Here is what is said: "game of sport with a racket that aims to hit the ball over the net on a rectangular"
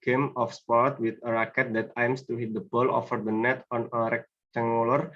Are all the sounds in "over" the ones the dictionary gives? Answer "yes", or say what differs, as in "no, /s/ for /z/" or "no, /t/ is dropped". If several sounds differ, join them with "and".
no, /f/ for /v/